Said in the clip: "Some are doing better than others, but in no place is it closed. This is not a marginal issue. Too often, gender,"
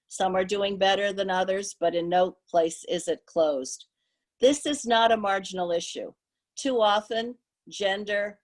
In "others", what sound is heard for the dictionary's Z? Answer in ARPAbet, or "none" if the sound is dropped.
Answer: Z